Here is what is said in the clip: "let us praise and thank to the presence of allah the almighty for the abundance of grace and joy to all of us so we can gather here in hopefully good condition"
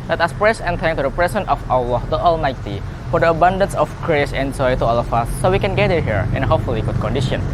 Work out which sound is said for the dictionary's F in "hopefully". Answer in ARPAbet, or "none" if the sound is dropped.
F